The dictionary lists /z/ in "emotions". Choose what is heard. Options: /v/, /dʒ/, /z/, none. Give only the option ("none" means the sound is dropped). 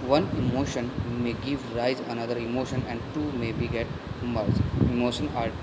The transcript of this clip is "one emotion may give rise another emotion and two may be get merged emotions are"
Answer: none